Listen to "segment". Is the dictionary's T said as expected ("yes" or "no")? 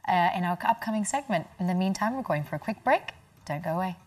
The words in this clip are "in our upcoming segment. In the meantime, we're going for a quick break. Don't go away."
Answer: yes